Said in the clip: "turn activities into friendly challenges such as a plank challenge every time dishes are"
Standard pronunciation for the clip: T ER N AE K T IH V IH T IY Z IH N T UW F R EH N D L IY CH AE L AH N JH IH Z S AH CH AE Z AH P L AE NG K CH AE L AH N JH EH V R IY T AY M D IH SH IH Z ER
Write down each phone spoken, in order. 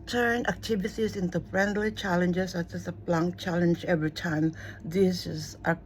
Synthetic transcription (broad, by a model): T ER N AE K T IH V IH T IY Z IH N T UW F R EH N D L IY CH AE L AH N JH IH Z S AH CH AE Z AH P L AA NG K CH AE L AH N JH EH V R IY T AY M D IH S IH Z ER